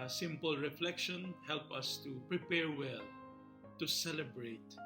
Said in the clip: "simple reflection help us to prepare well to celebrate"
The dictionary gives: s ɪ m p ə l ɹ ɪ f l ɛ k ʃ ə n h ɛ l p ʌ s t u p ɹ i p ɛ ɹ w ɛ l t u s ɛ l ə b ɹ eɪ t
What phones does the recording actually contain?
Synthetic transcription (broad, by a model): s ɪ m p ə l ɹ ɪ f l ɛ k ʃ ə n h ɛ l p ʌ s t u p ɹ i p ɛ ɹ w ɛ l t u s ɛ l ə b ɹ eɪ t